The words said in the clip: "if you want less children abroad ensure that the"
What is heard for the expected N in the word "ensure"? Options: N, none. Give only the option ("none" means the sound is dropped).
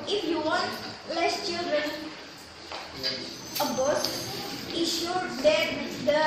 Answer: none